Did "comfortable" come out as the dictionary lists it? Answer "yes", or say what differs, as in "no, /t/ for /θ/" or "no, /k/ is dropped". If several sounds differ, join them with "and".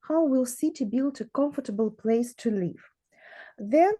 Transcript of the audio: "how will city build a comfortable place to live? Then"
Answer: yes